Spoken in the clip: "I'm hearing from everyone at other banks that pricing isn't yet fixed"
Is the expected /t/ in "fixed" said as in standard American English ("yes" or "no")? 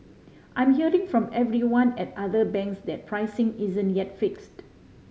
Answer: yes